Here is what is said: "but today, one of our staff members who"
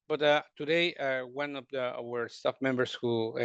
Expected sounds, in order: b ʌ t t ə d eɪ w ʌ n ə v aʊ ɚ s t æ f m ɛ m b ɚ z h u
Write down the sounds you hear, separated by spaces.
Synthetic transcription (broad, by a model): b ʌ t t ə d eɪ w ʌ n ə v aʊ ɚ s t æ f m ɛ m b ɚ s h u